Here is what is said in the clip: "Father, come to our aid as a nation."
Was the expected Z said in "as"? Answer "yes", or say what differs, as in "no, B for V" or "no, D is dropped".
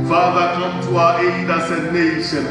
no, S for Z